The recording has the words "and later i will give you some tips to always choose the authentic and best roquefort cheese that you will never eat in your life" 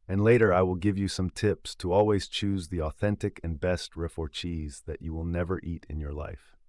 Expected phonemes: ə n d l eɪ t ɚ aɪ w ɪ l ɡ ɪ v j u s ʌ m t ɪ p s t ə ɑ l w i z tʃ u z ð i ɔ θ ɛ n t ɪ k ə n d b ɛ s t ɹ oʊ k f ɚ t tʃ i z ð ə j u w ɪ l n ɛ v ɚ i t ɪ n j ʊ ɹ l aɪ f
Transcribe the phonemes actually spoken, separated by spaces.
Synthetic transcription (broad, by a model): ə n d l eɪ t ɚ aɪ w ɪ l ɡ ɪ v j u s ʌ m t ɪ p s t ə ɑ l w i z tʃ u z ð i ɔ θ ɛ n t ɪ k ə n b ɛ s t ɹ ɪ f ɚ tʃ i z ð ə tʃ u w ɪ l n ɛ v ɚ i t ɪ n j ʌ ɹ l aɪ f